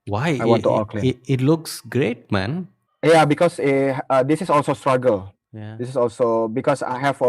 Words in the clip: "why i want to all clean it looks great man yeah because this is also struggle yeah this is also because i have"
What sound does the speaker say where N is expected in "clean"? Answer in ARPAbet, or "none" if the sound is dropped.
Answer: none